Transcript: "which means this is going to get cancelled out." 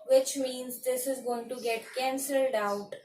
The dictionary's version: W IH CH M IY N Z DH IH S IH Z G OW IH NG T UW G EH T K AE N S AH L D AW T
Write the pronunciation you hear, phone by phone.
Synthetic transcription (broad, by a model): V IH CH M IY N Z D IH S IH Z G OW IH NG T UW G EH T K AE N S AH L D AW T